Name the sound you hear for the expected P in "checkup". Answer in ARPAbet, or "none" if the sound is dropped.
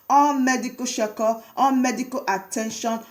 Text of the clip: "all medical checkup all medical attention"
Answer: none